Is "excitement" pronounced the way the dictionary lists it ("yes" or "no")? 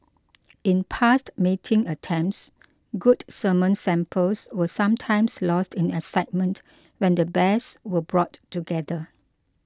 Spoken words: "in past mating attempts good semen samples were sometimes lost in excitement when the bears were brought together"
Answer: no